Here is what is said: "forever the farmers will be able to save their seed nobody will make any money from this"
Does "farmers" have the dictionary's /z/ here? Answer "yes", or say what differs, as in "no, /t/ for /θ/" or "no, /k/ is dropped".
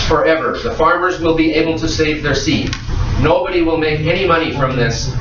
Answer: yes